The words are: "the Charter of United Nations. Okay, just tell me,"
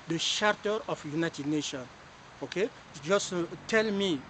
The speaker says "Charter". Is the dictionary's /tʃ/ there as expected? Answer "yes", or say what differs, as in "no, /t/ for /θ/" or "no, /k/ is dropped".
no, /ʃ/ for /tʃ/